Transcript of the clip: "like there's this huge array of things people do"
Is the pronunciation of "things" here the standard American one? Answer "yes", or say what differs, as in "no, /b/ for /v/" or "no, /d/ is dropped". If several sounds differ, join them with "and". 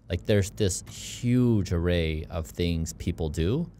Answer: yes